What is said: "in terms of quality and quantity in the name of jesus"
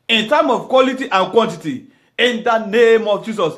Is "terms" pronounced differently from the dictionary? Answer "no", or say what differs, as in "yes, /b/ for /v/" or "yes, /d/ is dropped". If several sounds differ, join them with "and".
yes, /z/ is dropped